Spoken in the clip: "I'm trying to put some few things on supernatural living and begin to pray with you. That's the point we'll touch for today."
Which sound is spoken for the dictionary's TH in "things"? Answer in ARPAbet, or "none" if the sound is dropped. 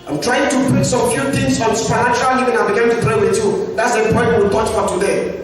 T